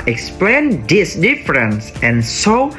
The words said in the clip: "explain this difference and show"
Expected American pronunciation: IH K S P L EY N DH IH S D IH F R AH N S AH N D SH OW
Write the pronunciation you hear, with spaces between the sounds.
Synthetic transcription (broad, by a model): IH K S P L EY N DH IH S D IH F R AH N S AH N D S OW